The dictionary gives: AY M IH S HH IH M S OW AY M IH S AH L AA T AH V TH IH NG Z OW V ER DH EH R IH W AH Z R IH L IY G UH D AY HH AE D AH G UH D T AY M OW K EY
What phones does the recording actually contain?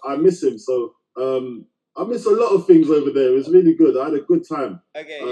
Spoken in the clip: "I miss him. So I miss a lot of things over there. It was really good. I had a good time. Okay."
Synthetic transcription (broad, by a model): AY M IH S HH IH M S OW AY M IH S AH L AA T AH V TH IH NG Z OW V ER DH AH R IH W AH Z R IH L IY G UH D AY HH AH D AH G UH D T AY M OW